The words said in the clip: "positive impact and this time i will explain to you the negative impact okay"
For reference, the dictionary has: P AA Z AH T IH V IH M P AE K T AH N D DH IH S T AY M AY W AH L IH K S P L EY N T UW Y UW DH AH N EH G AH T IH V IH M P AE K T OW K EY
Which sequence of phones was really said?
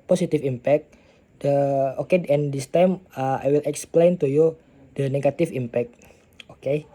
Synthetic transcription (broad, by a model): P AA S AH T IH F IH M P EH K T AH N D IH S T AY M AY W AH L IH K S P L EY N T UW Y UW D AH N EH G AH T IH F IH M P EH K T OW K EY